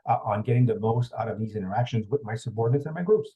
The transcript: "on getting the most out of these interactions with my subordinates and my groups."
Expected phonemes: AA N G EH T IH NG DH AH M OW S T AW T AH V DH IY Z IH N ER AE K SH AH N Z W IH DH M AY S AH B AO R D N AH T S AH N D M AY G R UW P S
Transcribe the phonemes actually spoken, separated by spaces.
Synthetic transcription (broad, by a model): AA N G EH T IH NG DH AH M OW S T AW T AH V DH IY Z IH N ER AE K SH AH N Z W IH DH M AY S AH B AO R D N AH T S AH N M AY G R UW P S